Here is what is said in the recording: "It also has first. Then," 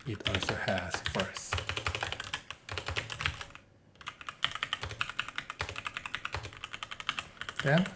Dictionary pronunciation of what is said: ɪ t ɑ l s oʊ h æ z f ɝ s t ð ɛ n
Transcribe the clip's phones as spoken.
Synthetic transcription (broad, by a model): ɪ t ɑ l s oʊ h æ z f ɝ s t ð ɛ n